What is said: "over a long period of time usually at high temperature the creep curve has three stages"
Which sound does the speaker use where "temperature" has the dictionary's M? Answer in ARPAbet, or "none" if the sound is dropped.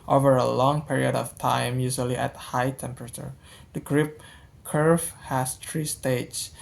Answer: M